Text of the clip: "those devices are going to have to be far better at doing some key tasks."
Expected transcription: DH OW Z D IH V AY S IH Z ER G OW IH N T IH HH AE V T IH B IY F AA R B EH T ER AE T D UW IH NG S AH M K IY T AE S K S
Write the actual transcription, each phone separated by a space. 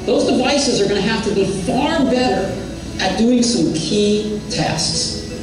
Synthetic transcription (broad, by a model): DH OW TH D IH V AY S IH Z ER G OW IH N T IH HH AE F T IH B IY F AA R B EH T ER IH T D UW IH NG S AH M K IY T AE S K S